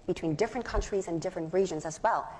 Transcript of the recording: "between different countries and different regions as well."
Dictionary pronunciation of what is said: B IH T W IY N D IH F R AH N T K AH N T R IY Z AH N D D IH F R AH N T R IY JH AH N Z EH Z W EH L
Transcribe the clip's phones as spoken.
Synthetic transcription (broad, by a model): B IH T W IY N D IH F R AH N K AH N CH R IY Z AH N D D IH F R AH N T R IY JH AH N Z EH Z W EH L